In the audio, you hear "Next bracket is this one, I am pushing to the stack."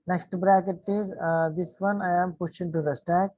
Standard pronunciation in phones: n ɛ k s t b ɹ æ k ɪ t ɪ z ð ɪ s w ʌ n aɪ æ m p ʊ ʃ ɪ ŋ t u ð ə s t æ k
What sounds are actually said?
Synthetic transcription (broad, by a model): n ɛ k s t b ɹ æ k ɪ t ɪ z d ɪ s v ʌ n aɪ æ m p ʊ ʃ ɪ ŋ t u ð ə s t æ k